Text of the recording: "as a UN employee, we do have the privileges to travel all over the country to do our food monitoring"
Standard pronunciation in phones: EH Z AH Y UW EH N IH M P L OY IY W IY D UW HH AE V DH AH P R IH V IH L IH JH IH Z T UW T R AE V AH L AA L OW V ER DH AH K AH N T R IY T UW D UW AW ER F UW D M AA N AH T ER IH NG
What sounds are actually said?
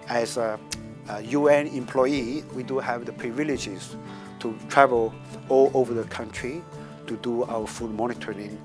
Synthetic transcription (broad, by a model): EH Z AH Y UW EH N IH M P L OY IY W IY D UW HH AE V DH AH P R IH V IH L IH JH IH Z T UW T R AE V AH L AA L OW V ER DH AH K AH N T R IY T UW D UW AW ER F UW D M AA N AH T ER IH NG